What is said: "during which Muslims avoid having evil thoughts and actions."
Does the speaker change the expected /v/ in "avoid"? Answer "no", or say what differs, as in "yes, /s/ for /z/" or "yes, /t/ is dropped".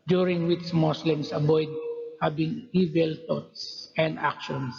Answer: yes, /b/ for /v/